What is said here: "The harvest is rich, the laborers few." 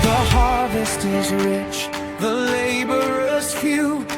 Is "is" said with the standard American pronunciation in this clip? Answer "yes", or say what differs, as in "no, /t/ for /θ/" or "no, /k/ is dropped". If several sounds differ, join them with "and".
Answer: yes